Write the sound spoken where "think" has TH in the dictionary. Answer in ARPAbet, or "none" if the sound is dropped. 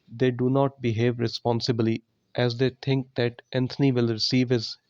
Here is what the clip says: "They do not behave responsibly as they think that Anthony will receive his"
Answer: T